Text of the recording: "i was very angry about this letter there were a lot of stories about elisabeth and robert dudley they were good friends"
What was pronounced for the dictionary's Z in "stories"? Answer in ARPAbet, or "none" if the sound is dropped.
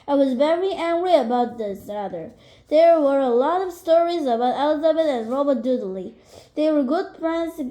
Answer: Z